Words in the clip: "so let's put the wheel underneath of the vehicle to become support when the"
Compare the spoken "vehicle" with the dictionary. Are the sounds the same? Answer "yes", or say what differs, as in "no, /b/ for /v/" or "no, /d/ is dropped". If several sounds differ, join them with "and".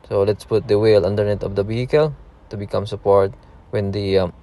no, /b/ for /v/